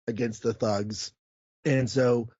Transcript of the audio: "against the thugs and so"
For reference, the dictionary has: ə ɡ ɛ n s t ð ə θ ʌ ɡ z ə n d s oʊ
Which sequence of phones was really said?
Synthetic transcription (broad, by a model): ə ɡ ɛ n s t ð ə θ ʌ ɡ z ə n s oʊ